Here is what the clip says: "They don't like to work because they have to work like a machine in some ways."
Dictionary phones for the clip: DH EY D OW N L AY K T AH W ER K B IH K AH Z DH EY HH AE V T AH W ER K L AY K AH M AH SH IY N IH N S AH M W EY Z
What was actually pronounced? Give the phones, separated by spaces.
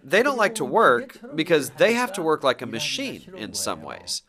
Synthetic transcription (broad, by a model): DH EY D OW N L AY K T AH W ER K B IH K AH Z DH EY HH AE F T AH W ER K L AY K AH M AH SH IY N IH N S AH M W EY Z